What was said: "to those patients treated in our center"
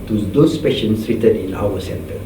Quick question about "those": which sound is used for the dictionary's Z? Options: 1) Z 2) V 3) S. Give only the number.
3